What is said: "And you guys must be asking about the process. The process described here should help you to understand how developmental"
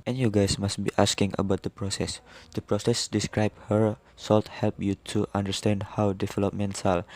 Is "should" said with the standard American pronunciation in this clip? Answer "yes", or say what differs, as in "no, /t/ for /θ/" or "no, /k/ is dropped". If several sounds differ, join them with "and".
no, /s/ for /ʃ/